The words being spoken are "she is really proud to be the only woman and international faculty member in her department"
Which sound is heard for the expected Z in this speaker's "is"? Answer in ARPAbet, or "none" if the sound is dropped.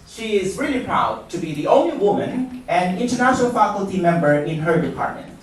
Z